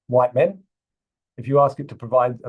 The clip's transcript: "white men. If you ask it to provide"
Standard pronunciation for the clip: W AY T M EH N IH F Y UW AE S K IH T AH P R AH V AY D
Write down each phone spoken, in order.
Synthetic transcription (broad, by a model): W AY T M EH N IH F Y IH AE S K IH T AH P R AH V AY D